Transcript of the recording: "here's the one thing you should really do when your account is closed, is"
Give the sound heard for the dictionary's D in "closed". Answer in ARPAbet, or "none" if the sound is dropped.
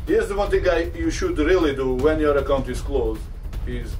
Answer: none